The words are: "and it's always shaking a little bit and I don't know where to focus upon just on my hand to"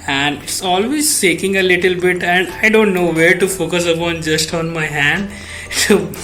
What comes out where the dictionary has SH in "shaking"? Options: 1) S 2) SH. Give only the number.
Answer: 1